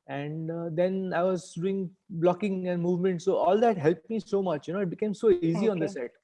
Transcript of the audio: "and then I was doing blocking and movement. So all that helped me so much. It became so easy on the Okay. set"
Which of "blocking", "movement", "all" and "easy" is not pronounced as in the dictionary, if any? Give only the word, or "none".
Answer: none